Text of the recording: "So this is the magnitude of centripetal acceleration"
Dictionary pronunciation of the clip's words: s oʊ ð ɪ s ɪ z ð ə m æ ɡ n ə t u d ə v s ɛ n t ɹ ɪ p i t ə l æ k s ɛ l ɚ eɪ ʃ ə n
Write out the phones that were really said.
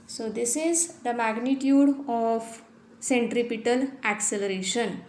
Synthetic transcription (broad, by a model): s oʊ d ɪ s ɪ z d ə m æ ɡ n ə t u d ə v s ɛ n t ɹ ɪ p i t ə l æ k s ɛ l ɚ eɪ ʃ ə n